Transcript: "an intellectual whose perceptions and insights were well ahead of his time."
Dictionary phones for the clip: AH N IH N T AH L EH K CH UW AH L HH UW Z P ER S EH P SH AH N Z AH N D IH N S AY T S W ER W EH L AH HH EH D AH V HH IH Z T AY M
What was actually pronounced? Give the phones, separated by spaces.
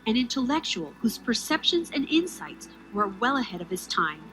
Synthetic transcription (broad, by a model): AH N IH N T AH L EH K CH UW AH L HH UW Z P ER S EH P SH AH N Z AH N IH N S AY T S W ER W EH L AH HH EH D AH V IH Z T AY M